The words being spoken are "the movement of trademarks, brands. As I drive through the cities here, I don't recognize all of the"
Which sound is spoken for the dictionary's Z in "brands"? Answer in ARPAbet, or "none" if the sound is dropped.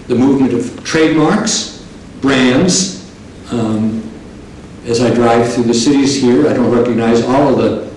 Z